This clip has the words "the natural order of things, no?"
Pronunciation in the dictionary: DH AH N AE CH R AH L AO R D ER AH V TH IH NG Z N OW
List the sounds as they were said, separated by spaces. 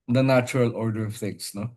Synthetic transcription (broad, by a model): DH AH N AE CH R AH L AO R D ER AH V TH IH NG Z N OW